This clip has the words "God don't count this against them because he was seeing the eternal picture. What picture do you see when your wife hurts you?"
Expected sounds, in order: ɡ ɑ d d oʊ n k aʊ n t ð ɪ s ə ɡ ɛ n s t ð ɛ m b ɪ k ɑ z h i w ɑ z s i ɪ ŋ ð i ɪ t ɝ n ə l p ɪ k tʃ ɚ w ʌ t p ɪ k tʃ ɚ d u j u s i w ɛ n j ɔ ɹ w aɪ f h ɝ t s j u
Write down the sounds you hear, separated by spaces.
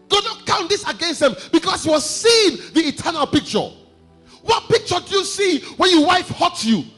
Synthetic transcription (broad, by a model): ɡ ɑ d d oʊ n k aʊ n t ð ɪ s ə ɡ ɛ n s t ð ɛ m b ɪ k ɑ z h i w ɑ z s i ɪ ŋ ð i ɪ t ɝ n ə l p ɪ k tʃ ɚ w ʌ t p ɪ k tʃ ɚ d u j u s i w ɛ n j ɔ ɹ w aɪ f h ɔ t j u